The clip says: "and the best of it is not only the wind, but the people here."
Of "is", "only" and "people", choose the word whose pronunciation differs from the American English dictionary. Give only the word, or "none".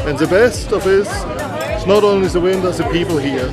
is